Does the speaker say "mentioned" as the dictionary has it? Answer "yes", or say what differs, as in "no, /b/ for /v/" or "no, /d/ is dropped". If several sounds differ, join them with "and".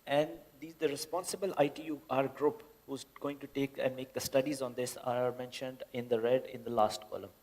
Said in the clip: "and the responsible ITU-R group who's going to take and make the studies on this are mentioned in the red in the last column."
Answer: yes